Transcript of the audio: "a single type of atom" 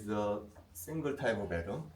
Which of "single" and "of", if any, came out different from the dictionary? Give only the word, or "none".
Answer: of